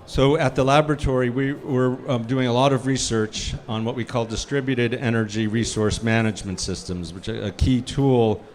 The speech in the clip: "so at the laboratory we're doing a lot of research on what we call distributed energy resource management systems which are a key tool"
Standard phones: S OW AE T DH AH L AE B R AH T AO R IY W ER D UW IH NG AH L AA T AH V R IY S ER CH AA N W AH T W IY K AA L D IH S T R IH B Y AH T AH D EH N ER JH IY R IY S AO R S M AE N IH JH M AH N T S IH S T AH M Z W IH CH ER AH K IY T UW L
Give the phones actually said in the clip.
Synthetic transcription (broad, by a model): S OW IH T DH AH L AE B R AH T AO R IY W ER D UW IH NG AH L AA T AH V R IY S ER CH N W AH T W IY K AA L D IH S T R IH B Y AH T AH D EH N ER JH IY R IY S AO R S M AE N IH JH M AH N T S IH S T AH M Z W IH CH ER AH K IY T UW L